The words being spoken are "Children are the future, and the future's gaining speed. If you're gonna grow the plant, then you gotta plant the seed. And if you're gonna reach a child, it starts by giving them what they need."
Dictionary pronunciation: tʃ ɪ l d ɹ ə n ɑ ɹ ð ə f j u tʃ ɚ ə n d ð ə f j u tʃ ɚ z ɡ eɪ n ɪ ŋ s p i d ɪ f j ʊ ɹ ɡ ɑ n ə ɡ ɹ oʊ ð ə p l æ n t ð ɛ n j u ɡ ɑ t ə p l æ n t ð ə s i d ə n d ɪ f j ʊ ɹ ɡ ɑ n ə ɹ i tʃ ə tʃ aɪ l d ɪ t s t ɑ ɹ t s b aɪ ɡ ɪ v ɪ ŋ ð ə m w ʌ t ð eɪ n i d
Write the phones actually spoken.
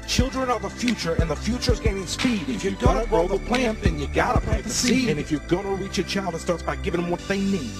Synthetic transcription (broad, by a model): tʃ ɪ l d ɹ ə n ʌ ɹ ð ə f j u tʃ ɚ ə n ð ə f j u tʃ ɚ z ɡ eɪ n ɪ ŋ s p i d ɪ f j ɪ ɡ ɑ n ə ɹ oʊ ð ə p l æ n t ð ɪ n j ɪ ɡ ɑ t ə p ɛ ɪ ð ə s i ə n ɪ f j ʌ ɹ ɡ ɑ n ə ɹ i tʃ ə tʃ aɪ l d ɪ t s t ɑ ɹ t s b aɪ ɡ ɪ v ɪ ŋ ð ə m w ʌ t ð eɪ n i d